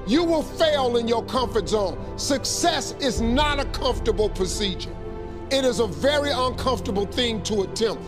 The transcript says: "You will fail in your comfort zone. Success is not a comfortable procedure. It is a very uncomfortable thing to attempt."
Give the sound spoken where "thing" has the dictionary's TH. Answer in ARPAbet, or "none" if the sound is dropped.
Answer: TH